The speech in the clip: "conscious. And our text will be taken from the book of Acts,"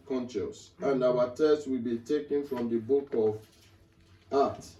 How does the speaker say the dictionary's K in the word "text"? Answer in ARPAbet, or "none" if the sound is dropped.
none